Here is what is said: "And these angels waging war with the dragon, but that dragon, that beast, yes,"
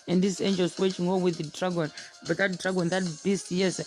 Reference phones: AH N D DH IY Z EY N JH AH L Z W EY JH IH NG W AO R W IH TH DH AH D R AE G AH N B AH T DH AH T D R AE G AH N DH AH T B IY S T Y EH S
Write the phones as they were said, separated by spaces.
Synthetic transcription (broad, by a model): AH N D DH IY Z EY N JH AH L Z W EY CH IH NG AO W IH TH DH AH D R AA G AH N B AH T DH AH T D R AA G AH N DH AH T B IY S T Y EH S